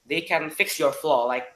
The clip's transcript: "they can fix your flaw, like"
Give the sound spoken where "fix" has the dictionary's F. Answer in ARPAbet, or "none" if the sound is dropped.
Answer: F